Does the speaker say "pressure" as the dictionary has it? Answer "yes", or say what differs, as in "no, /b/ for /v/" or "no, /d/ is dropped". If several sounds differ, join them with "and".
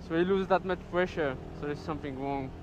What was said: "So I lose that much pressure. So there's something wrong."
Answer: no, /f/ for /p/